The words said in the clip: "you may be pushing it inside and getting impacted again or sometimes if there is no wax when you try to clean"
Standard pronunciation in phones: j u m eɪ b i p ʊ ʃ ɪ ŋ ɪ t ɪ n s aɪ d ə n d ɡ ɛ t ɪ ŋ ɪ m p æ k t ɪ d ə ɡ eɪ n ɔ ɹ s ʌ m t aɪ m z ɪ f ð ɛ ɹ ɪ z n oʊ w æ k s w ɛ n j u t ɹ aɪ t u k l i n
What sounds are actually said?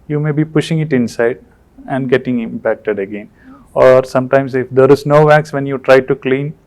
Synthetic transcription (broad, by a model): j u m eɪ b i p ʊ ʃ ɪ ŋ ɪ t ɪ n s aɪ d ə n d ɡ ɛ t ɪ ŋ ɪ m p æ k t ɪ d ə ɡ eɪ n ɔ ɹ s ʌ m t aɪ m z ɪ f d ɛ ɹ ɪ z n oʊ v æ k s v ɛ n j u t ɹ aɪ t u k l i n